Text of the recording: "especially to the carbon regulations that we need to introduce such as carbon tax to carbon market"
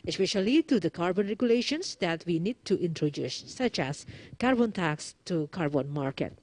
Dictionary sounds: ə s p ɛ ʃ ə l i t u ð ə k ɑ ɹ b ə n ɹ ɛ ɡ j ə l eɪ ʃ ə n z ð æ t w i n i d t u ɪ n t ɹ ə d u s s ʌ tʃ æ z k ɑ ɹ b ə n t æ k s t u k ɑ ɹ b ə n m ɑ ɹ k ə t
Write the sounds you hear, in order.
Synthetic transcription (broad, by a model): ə s p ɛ ʃ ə l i t u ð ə k ɑ ɹ b ə n ɹ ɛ ɡ j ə l eɪ ʃ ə n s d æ t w i n i d t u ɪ n t ɹ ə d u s s ʌ tʃ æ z k ɑ ɹ b ə n t æ k s t u k ɑ ɹ b ə n m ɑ ɹ k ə t